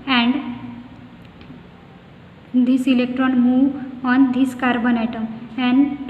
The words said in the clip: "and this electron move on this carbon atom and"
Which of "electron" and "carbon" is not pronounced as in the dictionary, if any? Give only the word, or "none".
none